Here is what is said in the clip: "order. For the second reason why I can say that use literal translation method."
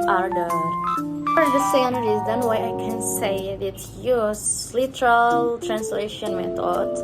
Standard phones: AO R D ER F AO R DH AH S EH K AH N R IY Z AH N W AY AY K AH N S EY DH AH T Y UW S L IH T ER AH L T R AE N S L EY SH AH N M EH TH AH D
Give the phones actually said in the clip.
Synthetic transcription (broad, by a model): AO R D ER F AO R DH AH S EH AH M R IY Z AH N W AY AY K AH N S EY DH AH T Y UW S L IH T ER AH L T R AE N S L EY SH AH N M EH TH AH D